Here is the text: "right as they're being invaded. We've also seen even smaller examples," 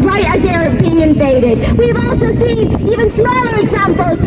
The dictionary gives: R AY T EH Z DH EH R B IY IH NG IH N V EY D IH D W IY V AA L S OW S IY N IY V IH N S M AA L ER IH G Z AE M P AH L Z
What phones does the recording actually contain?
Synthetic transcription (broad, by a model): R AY T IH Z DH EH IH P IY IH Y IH N F EY D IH D W IY V AA L S OW S IY N IY V IH N S M AA L ER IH G Z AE M P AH L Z